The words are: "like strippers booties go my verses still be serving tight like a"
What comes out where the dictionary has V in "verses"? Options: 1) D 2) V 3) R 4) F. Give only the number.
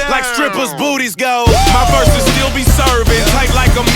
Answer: 4